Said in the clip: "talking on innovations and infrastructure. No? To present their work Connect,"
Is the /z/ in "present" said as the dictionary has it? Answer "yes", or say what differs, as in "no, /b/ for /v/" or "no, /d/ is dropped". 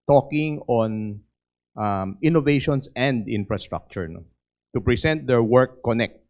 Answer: no, /s/ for /z/